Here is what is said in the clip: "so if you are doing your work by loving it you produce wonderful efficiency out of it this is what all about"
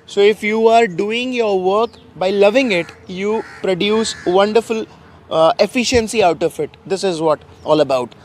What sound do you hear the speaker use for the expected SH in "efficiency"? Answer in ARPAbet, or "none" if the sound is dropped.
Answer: SH